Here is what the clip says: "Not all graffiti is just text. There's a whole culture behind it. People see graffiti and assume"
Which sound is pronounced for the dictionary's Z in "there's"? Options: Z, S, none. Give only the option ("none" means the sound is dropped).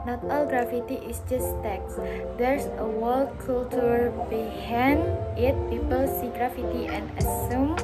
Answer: S